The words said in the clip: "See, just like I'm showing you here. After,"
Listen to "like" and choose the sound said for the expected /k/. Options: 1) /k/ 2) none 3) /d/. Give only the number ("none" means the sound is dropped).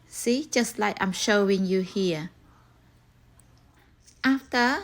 2